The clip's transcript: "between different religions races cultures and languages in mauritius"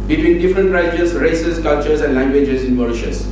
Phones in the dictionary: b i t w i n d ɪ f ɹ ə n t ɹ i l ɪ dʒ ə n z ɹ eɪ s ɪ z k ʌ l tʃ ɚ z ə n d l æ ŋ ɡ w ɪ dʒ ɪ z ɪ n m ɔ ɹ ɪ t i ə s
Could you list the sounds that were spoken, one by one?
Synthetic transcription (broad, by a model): b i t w i n d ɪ f ɹ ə n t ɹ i ɪ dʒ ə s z ɹ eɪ s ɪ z k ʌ l tʃ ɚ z ə n d l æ ŋ ɡ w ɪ dʒ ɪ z ɪ n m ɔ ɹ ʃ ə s